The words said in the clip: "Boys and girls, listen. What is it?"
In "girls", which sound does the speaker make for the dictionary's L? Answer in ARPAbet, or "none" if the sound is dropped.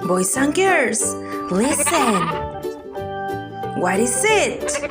none